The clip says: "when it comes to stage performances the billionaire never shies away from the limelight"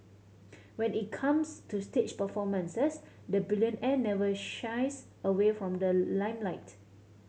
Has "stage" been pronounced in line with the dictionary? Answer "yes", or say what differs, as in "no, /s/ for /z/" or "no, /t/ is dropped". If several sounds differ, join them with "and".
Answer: no, /tʃ/ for /dʒ/